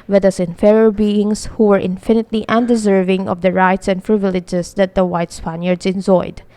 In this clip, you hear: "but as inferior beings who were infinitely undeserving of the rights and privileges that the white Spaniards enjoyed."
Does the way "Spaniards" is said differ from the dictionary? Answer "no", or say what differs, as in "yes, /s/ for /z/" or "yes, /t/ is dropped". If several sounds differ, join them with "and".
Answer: yes, /s/ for /z/